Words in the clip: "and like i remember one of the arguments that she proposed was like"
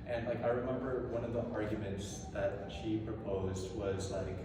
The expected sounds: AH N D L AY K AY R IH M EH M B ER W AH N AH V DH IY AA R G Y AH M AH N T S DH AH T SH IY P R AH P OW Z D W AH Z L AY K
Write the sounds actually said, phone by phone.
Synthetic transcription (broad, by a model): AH N L AY K AY R IH M EH M B ER W AH N AH V DH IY AA R G Y AH M AH N T S DH AH T SH IY P R AH P OW Z D W AH Z L AY K